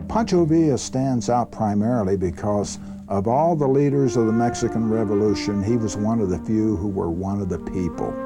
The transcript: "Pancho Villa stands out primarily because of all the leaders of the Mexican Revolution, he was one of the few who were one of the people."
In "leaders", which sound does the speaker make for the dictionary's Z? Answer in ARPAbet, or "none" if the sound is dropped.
Z